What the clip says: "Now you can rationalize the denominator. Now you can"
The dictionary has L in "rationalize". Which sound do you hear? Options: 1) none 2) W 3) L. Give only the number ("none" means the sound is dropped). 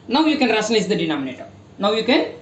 1